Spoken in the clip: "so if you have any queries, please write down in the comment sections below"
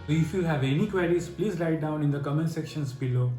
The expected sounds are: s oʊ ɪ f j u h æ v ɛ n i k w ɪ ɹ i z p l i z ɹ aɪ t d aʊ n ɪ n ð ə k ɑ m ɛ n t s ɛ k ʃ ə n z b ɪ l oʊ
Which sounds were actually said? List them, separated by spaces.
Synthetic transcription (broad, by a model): ɪ f j u h æ v ɛ n i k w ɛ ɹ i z p l i z l aɪ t d aʊ n ɪ n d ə k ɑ m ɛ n s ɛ k ʃ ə n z b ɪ l oʊ